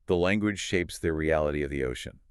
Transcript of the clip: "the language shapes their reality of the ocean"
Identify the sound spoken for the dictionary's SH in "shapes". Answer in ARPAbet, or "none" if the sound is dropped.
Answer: SH